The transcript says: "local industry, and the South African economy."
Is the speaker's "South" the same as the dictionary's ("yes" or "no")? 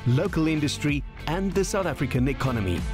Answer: yes